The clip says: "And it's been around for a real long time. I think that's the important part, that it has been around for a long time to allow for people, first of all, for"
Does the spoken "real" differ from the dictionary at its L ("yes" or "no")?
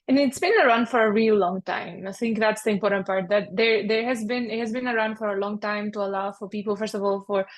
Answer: no